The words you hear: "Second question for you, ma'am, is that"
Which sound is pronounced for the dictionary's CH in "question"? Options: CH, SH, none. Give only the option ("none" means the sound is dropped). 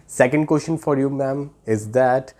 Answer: SH